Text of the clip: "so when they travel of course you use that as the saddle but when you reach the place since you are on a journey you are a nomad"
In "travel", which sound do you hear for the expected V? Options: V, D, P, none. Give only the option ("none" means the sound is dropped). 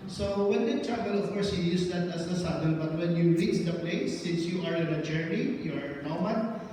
P